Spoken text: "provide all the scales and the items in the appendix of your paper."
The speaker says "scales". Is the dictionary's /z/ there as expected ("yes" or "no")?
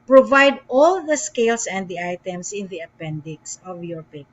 no